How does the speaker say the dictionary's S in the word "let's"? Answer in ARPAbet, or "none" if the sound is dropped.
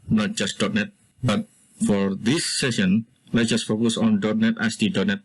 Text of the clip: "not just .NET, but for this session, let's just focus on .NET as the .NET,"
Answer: none